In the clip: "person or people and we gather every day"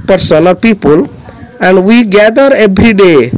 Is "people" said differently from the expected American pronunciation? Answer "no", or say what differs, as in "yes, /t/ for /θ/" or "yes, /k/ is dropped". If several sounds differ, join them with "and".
no